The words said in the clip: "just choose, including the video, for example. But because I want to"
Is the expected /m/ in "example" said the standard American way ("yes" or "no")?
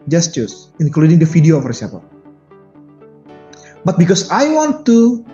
no